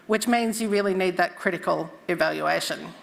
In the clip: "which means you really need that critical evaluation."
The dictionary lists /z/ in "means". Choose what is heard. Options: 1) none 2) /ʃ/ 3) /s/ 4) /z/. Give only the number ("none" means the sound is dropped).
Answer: 4